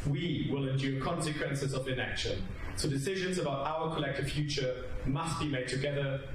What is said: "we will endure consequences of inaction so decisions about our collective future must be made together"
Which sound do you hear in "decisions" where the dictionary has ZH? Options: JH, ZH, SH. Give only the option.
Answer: ZH